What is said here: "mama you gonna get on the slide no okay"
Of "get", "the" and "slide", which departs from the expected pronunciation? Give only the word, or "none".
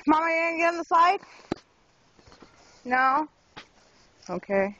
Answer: slide